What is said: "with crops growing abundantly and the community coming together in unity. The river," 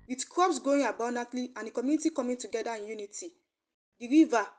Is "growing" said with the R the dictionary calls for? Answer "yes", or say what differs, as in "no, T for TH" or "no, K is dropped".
no, R is dropped